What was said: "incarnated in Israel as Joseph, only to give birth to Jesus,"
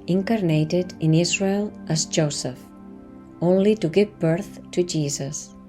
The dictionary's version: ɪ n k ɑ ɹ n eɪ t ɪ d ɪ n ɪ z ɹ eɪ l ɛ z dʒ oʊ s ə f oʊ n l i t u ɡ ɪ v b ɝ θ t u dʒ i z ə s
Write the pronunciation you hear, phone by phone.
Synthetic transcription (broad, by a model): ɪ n k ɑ ɹ n eɪ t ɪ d ɪ n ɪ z ɹ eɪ l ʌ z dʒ oʊ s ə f oʊ n l i t u ɡ ɪ v b ɝ θ t u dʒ i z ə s